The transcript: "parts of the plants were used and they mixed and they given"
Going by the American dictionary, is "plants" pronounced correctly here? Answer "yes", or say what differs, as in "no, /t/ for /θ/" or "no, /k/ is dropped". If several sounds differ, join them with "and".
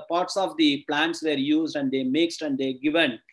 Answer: yes